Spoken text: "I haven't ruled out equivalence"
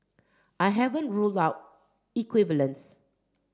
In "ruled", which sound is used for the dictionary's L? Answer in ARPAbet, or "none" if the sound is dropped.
L